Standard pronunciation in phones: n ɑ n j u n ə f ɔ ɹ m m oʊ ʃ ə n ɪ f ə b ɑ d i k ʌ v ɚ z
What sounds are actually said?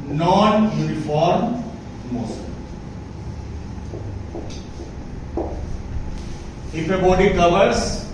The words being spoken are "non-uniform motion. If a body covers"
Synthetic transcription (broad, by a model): n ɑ n j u n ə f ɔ ɹ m m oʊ s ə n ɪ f ə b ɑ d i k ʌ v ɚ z